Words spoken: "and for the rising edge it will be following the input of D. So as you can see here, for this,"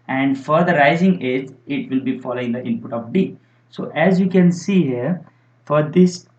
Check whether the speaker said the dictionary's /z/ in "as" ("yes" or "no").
yes